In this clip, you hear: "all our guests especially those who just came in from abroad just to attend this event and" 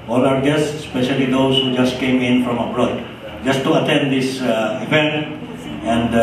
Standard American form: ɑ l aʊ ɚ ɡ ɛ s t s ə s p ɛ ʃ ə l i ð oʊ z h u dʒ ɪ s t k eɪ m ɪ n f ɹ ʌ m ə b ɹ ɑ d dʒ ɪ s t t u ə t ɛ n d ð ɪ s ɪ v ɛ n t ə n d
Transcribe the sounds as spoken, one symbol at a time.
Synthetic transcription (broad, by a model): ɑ l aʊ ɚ ɡ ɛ s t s s p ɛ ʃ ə l i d oʊ s h u dʒ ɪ s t k eɪ m ɪ n f ɹ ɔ m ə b ɹ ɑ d dʒ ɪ s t t u ə t ɛ n d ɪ s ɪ p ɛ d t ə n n